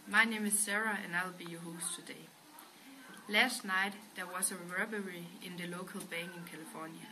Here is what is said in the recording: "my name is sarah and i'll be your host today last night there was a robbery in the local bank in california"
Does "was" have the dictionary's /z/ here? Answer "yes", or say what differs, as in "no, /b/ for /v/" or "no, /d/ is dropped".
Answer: no, /s/ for /z/